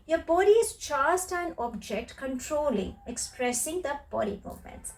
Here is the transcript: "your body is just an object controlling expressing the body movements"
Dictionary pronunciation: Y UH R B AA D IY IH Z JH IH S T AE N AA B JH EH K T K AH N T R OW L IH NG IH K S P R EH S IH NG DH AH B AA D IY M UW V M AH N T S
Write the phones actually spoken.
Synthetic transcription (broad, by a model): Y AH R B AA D IY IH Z CH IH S T AE N AA B JH EH K T K AH N T R OW L IH NG IH K S P R EH S IH NG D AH B AA D IY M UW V M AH N T S